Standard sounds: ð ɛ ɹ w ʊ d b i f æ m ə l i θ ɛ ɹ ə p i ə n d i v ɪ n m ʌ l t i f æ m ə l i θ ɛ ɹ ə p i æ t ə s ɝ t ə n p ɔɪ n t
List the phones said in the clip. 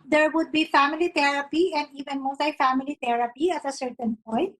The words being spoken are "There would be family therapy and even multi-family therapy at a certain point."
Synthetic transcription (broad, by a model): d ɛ ɹ w ʊ d b i f æ m ə l i t ɛ ɹ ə p i ə n d i v ɪ n m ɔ t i f æ m ə l i t ɛ ɹ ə p i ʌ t ə s ɝ t ə n p ɔɪ n t